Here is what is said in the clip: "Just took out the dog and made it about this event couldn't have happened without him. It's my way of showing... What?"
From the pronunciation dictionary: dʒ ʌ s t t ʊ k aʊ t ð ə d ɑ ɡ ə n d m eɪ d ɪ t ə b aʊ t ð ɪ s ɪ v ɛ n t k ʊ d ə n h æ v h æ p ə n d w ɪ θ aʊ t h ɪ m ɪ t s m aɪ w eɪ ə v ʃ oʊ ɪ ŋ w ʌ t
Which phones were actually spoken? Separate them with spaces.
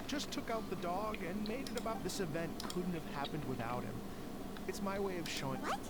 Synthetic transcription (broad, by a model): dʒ ʌ s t t ʊ k aʊ t ð ə d ɑ ɡ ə n m eɪ d ɪ t ə b aʊ t ð ɪ s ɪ v ɛ n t k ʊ d n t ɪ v h æ p ə n d w ɪ θ aʊ t h ɪ m ɪ t s m aɪ w eɪ ə v ʃ oʊ ɪ ŋ